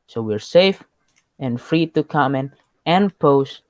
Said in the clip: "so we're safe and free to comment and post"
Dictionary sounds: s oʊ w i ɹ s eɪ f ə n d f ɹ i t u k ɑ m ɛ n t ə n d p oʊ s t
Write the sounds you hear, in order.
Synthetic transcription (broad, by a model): s oʊ w i ɹ s eɪ f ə n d f ɹ i t u k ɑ m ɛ n ə n p oʊ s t